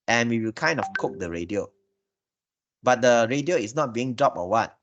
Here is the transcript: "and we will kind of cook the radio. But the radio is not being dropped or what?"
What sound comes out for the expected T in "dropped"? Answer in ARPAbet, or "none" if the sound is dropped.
none